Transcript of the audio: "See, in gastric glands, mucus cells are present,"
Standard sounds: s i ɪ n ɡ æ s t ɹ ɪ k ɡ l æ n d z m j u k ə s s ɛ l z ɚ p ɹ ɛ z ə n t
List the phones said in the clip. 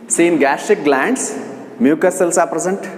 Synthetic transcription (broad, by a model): s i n ɡ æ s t ɪ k ɡ l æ n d s m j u k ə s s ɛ l s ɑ p ɹ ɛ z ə n t